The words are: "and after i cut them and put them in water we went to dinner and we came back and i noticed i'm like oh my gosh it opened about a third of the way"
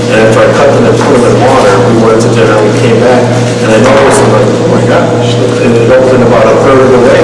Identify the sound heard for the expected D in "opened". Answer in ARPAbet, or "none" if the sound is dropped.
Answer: none